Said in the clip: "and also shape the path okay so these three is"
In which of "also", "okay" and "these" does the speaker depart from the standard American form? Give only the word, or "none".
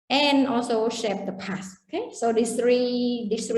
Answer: these